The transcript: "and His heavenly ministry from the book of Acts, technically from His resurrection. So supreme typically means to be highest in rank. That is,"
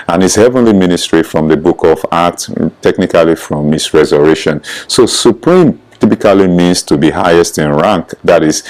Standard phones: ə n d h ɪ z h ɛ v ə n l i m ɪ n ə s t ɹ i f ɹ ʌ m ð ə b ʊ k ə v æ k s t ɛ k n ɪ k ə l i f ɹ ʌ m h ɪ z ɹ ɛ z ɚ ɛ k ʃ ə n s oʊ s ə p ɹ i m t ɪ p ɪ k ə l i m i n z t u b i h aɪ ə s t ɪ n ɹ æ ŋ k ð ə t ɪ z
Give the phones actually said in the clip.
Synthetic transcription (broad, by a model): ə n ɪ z h ɛ v ə n l i m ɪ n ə s t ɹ i f ɹ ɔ m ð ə b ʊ k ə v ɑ k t t ɛ k n ɪ k ə l i f ɹ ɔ m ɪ s ɹ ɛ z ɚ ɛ ʃ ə n s oʊ s ə p ɹ i m t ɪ p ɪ k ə l i m i n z t u b i h aɪ ə s t ɪ n ɹ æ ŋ k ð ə t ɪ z